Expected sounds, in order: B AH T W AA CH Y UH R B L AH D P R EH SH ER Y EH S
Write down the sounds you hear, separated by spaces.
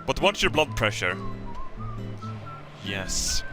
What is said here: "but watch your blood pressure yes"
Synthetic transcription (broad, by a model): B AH T W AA S Y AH R B L AH D P R EH SH ER Y EH S